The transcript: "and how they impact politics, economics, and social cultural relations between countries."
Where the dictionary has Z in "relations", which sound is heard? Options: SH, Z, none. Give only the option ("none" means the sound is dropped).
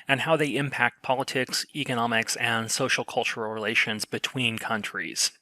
Z